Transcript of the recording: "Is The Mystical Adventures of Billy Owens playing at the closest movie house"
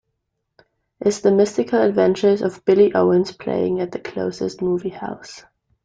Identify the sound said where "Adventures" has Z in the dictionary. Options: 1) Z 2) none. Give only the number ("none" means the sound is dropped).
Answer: 1